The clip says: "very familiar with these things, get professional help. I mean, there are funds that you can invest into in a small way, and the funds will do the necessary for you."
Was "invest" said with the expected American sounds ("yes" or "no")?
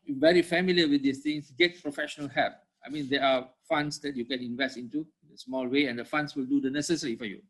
yes